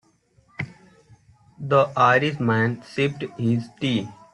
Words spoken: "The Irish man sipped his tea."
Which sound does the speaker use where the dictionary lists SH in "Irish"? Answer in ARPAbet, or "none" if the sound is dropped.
S